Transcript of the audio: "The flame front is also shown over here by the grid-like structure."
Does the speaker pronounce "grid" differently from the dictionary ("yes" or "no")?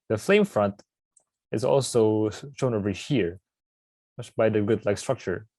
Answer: yes